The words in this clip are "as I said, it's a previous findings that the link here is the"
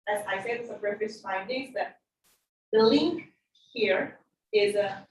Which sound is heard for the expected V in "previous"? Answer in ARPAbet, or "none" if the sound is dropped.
F